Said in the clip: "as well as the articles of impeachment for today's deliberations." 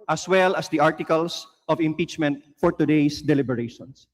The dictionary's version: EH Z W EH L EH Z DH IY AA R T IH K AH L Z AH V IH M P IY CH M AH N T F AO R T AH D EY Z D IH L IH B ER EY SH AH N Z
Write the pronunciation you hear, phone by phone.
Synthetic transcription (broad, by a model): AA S W EH L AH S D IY AA R T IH K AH L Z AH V IH M P IY CH M AH N T F AO R T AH D EY S D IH L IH B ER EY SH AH N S